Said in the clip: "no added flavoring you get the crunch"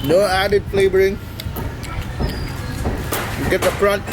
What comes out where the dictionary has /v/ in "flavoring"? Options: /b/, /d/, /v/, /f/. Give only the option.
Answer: /b/